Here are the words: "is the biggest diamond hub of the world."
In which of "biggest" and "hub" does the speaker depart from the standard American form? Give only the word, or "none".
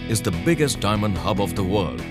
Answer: none